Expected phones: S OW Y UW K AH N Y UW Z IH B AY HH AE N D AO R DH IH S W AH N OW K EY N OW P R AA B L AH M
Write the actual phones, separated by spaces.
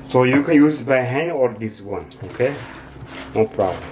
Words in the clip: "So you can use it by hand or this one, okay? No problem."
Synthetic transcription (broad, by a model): S OW Y UW K AH N Y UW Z B AY HH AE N AO R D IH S W AH N OW K EY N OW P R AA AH